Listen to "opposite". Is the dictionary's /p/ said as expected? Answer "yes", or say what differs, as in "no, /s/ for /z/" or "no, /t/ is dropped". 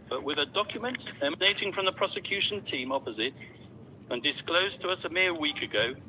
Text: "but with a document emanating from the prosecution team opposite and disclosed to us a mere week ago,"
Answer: yes